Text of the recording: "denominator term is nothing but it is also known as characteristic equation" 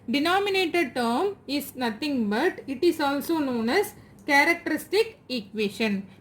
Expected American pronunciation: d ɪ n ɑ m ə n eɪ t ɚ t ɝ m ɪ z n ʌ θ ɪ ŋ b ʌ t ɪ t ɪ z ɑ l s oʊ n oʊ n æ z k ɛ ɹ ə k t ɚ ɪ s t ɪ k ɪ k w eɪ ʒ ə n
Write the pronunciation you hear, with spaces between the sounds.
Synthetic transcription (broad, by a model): d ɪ n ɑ m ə n eɪ t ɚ t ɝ m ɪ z n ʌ t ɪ ŋ b ʌ t ɪ t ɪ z ɑ l s oʊ n oʊ n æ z k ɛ ɹ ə k t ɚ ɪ s t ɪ k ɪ k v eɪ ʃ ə n